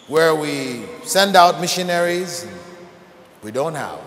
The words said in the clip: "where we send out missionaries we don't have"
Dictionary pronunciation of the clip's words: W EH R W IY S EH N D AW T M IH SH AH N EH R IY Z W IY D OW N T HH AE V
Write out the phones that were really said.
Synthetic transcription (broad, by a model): W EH R W IY S EH N D AW T M IH SH AH N EH R IY Z W IY D OW N T HH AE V